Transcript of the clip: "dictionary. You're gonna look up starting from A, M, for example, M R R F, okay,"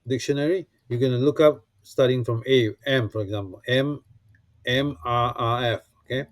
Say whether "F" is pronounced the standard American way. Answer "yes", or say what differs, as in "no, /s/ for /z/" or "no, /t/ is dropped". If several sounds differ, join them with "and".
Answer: yes